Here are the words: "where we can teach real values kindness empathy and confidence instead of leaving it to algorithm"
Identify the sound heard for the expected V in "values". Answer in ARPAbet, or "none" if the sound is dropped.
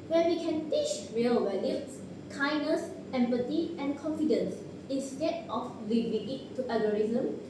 W